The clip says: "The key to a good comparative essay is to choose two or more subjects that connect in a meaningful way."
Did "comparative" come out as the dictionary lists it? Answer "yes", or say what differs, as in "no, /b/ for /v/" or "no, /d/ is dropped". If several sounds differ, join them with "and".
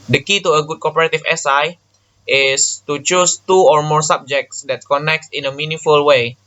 no, /m/ is dropped